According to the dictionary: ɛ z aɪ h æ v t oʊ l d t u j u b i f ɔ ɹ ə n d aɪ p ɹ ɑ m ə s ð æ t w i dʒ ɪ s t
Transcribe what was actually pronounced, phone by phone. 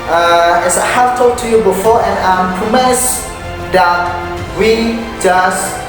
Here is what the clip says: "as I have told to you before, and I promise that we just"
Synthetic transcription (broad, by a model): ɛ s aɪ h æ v t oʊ d t u j u b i f ɔ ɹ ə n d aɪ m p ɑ m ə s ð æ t w i dʒ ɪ s